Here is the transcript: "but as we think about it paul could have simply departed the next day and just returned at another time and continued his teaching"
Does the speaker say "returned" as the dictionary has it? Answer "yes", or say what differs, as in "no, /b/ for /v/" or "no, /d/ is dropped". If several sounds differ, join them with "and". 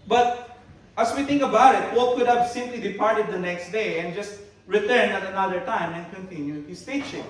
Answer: no, /d/ is dropped